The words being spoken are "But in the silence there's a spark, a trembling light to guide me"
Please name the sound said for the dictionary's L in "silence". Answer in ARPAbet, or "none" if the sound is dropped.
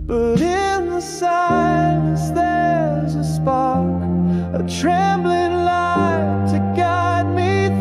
none